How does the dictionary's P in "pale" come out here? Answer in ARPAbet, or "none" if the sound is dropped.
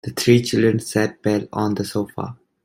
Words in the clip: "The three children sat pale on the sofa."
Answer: B